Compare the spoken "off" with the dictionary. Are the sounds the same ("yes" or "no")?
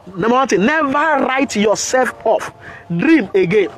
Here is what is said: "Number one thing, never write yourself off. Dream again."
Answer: yes